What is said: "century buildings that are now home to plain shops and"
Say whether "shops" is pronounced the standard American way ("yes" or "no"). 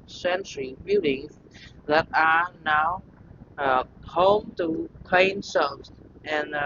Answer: no